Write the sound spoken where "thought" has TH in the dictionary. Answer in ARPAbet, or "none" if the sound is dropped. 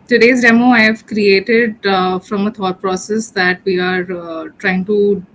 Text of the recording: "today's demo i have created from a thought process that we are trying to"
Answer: T